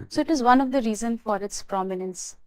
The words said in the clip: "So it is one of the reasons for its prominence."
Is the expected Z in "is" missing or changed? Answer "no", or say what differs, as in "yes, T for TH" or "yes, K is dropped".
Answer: no